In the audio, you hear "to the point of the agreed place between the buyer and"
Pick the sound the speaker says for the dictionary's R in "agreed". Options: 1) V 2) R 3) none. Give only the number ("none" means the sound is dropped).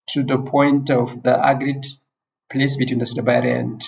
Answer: 2